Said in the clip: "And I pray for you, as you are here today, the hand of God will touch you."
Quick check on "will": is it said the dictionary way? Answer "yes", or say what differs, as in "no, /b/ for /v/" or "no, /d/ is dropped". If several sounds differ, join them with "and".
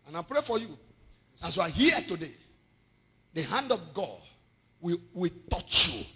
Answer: no, /w/ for /l/